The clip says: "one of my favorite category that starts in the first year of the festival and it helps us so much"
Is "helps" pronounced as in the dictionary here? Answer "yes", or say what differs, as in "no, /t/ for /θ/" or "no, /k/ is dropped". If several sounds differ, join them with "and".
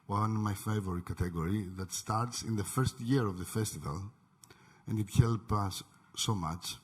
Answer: no, /s/ is dropped